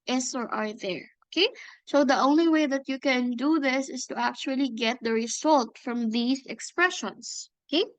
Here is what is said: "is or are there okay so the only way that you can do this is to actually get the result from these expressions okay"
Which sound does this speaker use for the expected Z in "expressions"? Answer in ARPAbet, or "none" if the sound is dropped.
S